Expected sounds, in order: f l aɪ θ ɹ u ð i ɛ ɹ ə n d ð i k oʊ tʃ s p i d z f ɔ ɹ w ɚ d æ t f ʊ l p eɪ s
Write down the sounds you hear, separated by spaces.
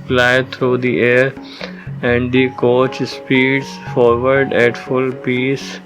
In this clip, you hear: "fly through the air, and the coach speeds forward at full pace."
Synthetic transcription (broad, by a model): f l aɪ t ɹ u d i ɛ ɹ ə n d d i k oʊ tʃ s p i d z f ɔ ɹ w ɚ d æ t f ʊ l p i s